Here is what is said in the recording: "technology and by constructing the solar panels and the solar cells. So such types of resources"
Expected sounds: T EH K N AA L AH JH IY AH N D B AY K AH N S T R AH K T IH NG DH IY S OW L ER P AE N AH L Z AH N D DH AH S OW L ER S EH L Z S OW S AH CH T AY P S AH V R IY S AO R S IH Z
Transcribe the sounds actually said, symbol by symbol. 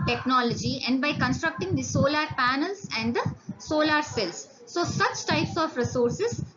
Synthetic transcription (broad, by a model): T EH K N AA L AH JH IY AH N D B AY K AH N S T R AH K T IH NG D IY S OW L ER P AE N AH L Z AH N D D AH S OW L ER S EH L S OW S AH CH T AY P S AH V R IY S AO R S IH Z